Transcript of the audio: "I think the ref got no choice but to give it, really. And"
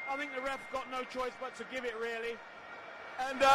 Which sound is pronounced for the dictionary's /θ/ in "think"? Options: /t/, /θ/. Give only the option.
/θ/